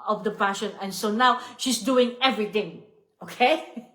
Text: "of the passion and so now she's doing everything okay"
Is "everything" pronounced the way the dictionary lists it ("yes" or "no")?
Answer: no